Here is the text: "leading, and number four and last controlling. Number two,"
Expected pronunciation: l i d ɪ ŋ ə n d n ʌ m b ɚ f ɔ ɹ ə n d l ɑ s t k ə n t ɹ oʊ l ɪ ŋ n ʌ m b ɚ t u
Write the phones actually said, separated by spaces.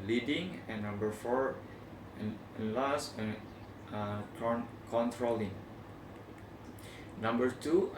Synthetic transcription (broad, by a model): l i d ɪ ŋ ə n n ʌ m b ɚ f ɔ ɹ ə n l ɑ s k k ə n t ɹ oʊ l ɪ ŋ n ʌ m b ɚ t u